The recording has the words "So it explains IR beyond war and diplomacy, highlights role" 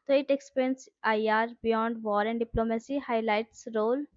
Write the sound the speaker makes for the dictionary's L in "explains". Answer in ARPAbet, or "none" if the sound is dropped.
none